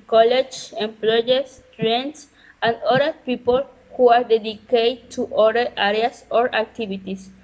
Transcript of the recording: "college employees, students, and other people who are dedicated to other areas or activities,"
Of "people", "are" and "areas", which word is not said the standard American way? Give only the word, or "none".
areas